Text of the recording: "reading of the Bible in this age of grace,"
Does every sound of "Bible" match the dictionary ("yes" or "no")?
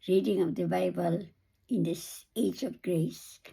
yes